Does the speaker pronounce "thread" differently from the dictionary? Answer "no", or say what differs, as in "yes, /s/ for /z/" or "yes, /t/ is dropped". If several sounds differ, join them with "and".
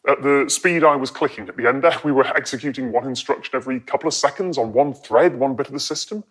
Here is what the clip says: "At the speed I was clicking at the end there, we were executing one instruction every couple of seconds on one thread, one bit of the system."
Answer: no